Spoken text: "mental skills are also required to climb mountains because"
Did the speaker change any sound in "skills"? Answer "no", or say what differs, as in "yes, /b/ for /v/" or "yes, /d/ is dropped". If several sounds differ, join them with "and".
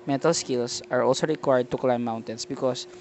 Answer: yes, /s/ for /z/